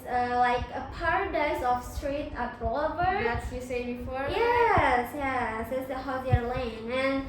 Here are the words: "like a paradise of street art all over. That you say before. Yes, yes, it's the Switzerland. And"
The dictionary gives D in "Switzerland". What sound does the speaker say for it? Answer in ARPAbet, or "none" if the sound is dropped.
none